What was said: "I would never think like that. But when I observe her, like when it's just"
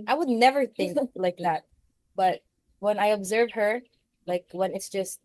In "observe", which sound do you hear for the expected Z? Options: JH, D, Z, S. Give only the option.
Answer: Z